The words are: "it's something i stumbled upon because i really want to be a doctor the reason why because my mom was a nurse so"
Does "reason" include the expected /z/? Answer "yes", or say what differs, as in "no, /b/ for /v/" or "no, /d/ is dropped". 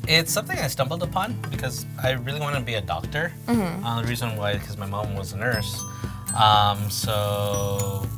yes